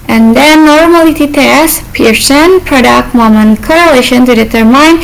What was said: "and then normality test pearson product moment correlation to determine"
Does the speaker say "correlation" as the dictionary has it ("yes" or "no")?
yes